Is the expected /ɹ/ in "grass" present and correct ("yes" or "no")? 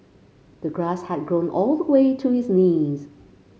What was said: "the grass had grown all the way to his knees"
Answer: yes